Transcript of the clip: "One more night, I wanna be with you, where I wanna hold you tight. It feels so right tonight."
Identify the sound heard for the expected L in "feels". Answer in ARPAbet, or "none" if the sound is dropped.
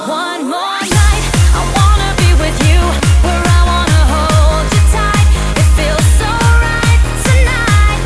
L